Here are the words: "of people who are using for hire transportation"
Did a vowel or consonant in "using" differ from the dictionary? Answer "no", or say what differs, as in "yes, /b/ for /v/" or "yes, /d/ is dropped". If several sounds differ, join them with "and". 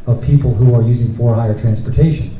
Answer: no